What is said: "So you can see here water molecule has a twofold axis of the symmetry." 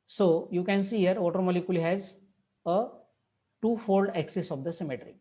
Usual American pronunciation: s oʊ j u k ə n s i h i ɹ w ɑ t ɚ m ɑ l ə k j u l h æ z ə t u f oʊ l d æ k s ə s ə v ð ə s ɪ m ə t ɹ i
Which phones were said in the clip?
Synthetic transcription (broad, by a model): s oʊ j u k ə n s i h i ɹ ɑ t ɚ m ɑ l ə k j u l h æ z ə t u f oʊ l d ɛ k s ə s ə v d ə s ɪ m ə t ɹ i